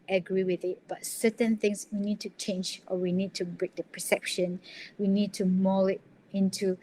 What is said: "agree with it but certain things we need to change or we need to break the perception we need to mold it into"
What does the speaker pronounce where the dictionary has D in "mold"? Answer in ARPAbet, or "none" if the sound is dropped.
none